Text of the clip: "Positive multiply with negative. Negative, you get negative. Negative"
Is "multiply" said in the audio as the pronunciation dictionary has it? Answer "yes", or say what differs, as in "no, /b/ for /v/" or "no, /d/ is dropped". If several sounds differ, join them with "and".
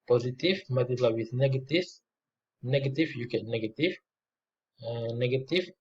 no, /l/ is dropped and /p/ is dropped